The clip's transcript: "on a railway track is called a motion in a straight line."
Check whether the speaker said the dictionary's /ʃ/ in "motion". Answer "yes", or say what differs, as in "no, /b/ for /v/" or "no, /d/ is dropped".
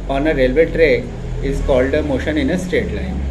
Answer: yes